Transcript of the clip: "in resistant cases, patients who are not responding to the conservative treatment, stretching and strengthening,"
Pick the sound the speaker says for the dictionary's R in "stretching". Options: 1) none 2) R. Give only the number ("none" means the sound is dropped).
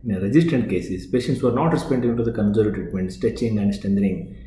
1